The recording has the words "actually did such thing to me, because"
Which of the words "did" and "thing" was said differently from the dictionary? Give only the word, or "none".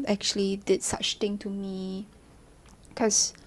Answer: thing